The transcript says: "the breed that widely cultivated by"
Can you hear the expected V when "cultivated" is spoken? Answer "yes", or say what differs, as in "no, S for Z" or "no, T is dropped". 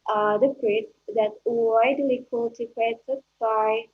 no, P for V